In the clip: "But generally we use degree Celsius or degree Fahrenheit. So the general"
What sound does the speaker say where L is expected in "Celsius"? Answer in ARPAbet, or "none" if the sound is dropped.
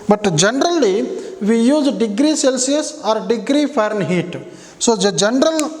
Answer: L